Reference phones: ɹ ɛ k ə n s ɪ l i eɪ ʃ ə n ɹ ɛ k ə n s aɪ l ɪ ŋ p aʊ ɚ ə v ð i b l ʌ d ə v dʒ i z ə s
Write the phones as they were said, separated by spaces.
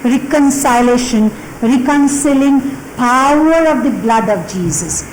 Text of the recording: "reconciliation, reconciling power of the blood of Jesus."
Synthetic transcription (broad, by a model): ɹ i k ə n s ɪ l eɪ ʃ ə n ɹ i k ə n s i l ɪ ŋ p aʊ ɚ ə v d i b l ʌ d ə v dʒ i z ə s